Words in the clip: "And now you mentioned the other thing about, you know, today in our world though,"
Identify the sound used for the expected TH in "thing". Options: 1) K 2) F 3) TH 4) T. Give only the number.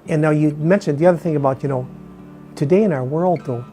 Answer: 3